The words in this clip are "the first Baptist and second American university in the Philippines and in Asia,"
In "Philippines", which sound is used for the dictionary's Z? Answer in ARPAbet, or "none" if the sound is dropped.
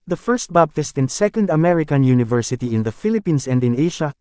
S